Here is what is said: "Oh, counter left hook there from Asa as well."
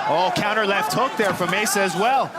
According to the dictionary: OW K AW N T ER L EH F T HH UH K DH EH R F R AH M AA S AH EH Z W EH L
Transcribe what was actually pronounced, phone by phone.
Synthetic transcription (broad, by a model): OW K AW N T ER L EH F T HH UH K DH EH R F R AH M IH S EH Z W EH L